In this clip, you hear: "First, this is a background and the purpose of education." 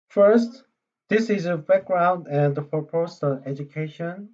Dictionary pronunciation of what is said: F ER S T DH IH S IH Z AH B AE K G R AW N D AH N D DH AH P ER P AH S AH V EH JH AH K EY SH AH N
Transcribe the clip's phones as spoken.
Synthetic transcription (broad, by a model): F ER S T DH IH S IH Z AH B AE K G R AW N D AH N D DH AH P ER P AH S AH V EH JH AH K EY SH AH N